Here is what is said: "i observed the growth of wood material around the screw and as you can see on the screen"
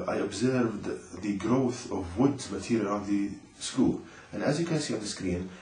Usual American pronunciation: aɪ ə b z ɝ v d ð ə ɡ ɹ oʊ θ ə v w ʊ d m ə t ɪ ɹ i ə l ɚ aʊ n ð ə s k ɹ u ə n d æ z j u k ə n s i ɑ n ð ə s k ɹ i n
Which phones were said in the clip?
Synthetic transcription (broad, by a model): aɪ ə b z ɝ v d ð ə ɡ ɹ oʊ θ ə v w ʊ d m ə t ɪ ɹ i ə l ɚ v ð ə s k u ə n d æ z j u k ə n s i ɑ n ð ə s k ɹ i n